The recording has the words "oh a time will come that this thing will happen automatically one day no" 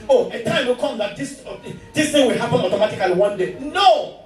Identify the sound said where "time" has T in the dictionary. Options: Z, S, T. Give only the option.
T